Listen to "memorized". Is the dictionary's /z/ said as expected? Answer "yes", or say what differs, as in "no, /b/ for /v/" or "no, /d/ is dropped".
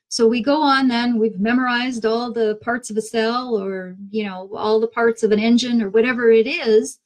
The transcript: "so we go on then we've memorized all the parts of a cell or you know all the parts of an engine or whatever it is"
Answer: yes